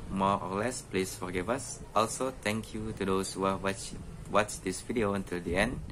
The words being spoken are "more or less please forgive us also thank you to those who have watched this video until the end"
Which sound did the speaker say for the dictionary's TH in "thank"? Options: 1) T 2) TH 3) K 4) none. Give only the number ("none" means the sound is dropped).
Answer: 1